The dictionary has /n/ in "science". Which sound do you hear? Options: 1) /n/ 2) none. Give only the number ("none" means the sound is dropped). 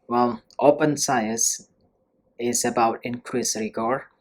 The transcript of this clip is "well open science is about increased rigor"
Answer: 2